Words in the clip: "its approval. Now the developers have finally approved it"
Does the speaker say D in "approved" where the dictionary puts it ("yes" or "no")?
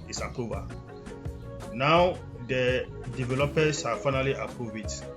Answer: no